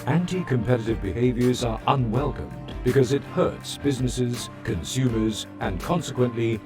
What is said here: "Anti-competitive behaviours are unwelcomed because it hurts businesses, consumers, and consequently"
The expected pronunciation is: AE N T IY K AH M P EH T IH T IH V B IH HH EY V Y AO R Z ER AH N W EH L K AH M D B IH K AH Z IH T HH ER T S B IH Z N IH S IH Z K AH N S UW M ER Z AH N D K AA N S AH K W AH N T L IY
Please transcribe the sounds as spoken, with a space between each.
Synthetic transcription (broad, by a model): AE N T IY K AH M P EH T IH T IH V B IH HH EY V Y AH R Z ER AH N W EH L K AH M B IH K AH Z IH T HH ER T S B IH Z N IH S IH Z K AH N S UW M ER Z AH N K AA N S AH K W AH N T L IY